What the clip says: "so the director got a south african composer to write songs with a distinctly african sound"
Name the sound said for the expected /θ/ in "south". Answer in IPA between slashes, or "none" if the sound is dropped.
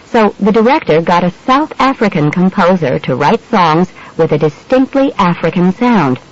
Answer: /θ/